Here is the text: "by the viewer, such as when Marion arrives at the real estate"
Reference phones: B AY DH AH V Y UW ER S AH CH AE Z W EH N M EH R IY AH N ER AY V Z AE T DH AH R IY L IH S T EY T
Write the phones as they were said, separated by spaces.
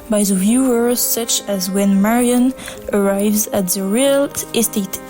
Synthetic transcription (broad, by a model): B AY DH AH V Y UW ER S AH CH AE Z W EH N M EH R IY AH N ER AY V Z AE T DH AH R IY L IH S T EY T